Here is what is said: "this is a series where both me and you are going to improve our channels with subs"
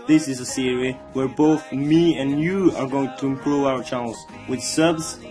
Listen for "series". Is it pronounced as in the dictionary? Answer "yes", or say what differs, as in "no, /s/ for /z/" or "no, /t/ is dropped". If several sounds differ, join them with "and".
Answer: no, /z/ is dropped